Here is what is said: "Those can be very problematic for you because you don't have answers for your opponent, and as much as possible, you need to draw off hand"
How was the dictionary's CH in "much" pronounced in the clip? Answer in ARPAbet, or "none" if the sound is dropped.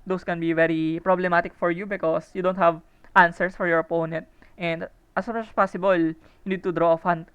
S